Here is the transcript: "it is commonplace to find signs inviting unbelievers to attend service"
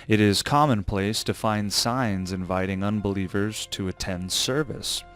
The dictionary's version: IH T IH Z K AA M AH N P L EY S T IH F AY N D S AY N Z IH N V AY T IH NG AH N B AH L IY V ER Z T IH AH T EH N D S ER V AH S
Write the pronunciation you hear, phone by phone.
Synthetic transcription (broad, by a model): IH T IH Z K AA M AH N P L EY S T IH F AY N D S AY N Z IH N V AY T IH NG AH N B AH L IY V ER Z T IH AH T EH N D S ER V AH S